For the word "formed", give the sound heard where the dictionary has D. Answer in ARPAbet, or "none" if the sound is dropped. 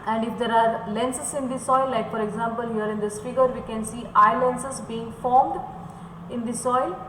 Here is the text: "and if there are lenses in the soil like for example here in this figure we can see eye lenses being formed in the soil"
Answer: D